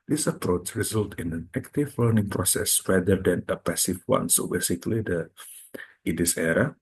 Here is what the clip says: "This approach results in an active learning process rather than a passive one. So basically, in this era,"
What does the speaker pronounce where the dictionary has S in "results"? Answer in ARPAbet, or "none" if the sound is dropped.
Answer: none